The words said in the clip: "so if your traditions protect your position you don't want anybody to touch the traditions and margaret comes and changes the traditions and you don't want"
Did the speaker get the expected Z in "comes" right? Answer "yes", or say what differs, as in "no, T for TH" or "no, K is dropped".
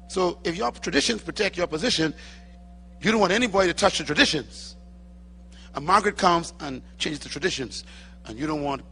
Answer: yes